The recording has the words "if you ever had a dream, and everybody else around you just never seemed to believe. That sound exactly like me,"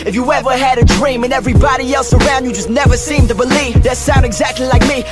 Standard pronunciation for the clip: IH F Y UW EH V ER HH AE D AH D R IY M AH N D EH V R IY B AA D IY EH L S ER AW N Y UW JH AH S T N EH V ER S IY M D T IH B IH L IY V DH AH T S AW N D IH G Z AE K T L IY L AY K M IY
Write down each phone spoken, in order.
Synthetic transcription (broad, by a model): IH F Y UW EH V ER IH D AH D R IY M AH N EH V R IY B AA D IY EH L S ER AW N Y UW JH AH S N EH V ER S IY M T IH B IH L IY V DH AH T S AW N D IH G Z AE K T L IY L AY K M IY